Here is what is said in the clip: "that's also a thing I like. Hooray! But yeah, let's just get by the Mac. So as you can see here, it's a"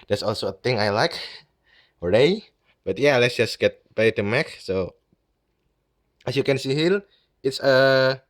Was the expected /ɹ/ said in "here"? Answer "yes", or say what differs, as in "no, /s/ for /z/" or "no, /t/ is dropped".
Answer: no, /l/ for /ɹ/